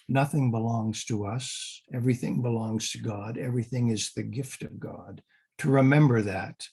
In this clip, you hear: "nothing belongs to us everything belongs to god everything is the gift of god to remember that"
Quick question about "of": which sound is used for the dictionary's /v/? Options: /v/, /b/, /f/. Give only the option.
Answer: /v/